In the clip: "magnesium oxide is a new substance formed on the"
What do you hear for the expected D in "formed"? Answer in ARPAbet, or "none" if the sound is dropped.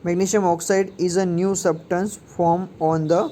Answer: none